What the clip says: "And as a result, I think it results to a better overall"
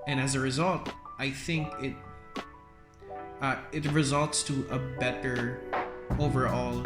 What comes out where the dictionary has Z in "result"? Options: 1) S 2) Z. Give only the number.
2